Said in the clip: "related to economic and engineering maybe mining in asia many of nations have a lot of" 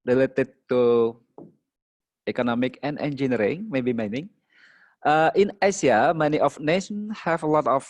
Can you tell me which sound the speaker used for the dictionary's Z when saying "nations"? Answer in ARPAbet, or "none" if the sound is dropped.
none